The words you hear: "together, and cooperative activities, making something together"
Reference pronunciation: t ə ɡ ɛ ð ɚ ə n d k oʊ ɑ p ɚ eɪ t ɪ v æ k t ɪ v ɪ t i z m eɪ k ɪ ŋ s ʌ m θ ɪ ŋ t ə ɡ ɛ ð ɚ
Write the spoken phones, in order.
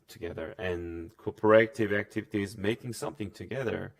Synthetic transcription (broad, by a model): t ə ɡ ɛ ð ɚ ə n k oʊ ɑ p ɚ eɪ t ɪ v æ k t ɪ v ɪ t i z m eɪ k ɪ ŋ s ʌ m θ ɪ ŋ t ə ɡ ɛ ð ɚ